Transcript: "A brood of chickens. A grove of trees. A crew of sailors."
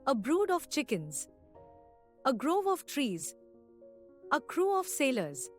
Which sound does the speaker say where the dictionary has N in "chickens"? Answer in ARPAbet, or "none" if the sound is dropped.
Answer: N